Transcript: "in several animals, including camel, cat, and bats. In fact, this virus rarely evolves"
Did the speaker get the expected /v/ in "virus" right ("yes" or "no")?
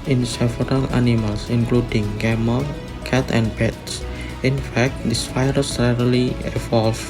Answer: no